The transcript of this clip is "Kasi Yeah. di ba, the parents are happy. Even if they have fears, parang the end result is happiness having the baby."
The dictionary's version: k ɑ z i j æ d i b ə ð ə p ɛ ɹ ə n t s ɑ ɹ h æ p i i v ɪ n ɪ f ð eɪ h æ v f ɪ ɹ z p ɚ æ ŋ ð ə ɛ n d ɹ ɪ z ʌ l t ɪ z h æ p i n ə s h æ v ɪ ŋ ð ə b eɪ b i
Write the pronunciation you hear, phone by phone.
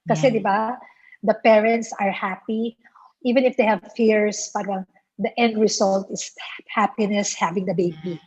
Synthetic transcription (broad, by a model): k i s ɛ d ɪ b ə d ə p ɛ ɹ ə n t s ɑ ɹ h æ p i i v ɪ n ɪ f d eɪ h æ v f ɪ ɹ s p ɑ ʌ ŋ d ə ɛ n d ɹ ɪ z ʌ l t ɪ s h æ p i n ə s h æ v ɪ ŋ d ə b eɪ b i